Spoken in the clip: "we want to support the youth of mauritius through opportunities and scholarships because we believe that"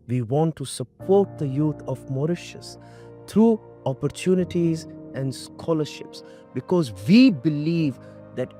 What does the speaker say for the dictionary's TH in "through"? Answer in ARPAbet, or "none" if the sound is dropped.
T